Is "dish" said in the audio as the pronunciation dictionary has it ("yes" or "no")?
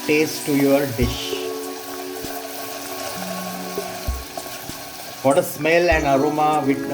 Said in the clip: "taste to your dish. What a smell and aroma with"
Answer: yes